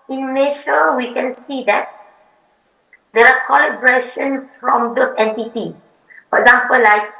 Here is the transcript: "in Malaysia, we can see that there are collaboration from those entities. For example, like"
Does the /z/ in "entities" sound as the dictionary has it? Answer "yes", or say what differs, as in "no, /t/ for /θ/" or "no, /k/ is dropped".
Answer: no, /z/ is dropped